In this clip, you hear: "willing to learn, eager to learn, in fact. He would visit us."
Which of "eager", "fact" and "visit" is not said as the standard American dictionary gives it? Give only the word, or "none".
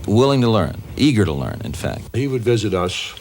none